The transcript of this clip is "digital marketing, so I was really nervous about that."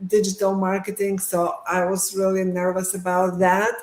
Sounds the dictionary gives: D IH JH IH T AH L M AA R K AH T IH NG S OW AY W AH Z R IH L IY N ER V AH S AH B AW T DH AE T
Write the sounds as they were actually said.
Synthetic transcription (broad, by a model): D IH JH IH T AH L M AA R K AH T IH NG S OW AY W AH Z R IH L IY N ER V AH S AH B AW T DH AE T